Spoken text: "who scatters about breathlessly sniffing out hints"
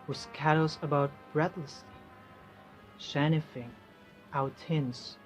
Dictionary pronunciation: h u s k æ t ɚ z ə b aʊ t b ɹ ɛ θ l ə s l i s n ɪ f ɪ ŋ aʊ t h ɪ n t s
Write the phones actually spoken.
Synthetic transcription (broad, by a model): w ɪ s k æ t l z ə b aʊ t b ɹ ɛ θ l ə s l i ʃ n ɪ f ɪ ŋ aʊ t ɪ n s